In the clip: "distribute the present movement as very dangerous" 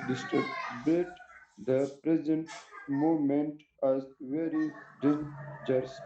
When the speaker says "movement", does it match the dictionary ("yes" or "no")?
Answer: no